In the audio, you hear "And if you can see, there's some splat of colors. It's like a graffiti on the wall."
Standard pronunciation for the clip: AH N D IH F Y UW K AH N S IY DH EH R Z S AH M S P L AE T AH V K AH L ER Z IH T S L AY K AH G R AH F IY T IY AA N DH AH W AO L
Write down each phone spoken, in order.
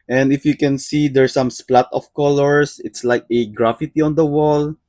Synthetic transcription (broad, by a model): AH N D IH F Y UW K AH N S IY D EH R S AH M S P L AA T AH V K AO L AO S IH T S L AY K AH G R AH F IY T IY AA N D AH W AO L